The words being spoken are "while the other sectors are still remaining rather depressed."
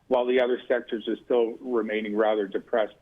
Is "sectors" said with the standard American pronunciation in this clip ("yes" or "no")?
yes